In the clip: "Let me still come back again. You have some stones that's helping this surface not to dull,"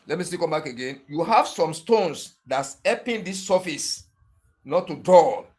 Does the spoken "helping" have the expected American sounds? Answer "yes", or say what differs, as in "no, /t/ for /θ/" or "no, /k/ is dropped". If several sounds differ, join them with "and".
no, /l/ is dropped